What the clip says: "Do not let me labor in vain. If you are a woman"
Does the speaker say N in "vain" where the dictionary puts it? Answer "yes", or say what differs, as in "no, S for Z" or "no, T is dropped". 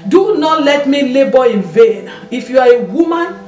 yes